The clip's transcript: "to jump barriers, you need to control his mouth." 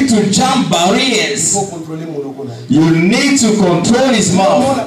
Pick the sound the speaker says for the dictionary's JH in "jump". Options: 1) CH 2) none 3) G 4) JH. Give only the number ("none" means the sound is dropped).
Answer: 1